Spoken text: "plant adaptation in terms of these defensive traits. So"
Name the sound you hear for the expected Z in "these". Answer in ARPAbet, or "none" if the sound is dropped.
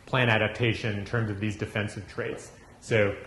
Z